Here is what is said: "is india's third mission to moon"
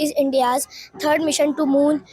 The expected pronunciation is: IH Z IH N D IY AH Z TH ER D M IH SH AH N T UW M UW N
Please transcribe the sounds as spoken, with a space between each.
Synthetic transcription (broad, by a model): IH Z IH N D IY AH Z T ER D M IH SH AH N T UW M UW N